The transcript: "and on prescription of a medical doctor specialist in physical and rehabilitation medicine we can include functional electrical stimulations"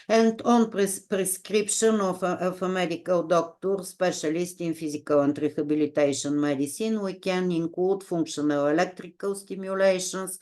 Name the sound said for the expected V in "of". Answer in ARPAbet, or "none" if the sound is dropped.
F